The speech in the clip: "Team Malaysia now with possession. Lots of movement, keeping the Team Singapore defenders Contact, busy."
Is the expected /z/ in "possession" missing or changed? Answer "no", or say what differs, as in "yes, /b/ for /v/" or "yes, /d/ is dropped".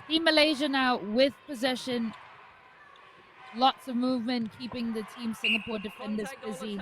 no